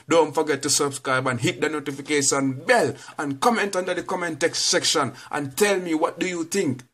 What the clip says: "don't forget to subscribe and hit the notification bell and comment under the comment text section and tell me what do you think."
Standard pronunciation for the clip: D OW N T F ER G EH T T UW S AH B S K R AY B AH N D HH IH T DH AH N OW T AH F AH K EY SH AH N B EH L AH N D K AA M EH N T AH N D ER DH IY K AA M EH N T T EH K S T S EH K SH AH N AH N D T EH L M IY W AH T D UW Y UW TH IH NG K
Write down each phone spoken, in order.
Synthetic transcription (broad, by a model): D OW N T F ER G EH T T UW S AH B S K R AY B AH N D HH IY T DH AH N OW T AH F AH K EY SH AH N B EH L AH N K AA M EH N T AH N D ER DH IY K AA M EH N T T EH K S T S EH K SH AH N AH N T EH L M IY W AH T D UW Y UW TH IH NG K